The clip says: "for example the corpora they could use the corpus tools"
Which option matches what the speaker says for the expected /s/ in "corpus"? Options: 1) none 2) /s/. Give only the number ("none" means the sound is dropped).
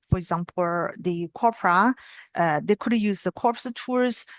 1